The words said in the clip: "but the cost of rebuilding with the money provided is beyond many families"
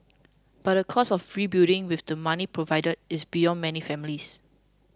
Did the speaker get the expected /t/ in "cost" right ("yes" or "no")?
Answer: no